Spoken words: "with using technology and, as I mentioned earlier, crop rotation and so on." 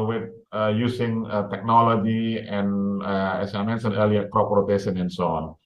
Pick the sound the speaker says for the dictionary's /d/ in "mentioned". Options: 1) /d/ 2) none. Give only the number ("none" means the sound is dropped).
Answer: 2